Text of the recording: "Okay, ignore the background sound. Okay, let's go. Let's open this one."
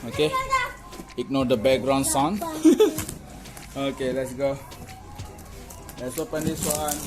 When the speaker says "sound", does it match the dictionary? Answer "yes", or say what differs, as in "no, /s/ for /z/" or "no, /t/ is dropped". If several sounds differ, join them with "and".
no, /d/ is dropped